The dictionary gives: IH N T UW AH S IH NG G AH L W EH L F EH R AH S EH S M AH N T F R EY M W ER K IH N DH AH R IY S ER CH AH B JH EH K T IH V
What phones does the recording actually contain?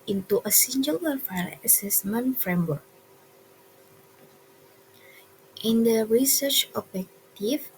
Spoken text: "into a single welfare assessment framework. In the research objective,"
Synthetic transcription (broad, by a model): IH N T UW AH S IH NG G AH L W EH F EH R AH S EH S M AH N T F R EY M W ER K IH N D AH R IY S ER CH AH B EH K T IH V